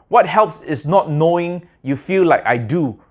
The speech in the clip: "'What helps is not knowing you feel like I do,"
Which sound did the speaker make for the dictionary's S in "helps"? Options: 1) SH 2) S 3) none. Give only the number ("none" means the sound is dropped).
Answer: 2